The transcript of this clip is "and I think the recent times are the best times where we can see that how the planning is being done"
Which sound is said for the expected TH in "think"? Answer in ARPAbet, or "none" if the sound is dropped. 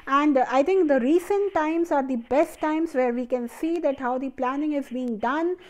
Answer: T